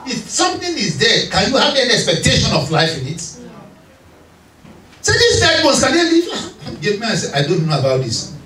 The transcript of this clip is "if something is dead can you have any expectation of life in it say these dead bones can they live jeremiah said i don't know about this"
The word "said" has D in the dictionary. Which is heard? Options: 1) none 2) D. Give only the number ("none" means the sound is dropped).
1